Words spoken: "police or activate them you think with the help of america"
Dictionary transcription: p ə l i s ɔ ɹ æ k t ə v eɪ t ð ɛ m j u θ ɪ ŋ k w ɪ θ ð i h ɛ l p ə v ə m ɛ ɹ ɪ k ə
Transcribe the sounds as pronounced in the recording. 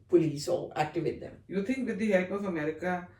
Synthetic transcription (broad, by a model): p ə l i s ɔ l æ k t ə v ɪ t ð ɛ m j u t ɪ ŋ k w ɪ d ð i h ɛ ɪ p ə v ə m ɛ ɹ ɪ k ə